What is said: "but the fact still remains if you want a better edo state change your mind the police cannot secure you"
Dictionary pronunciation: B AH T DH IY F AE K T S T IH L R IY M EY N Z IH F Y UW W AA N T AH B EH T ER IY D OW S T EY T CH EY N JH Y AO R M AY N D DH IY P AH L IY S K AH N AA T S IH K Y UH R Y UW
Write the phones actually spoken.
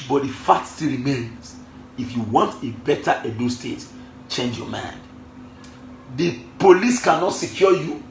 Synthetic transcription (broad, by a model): B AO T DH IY F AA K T S T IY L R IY M EY N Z IH F Y UW W AA N T AH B EH T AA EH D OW S T EY T CH EY N JH Y AO M AY N D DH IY P AH L IY S K AH N AA T S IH K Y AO Y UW